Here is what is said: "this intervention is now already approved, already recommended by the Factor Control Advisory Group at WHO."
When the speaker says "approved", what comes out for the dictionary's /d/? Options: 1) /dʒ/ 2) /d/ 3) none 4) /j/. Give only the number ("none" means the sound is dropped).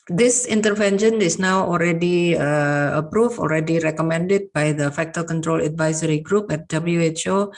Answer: 3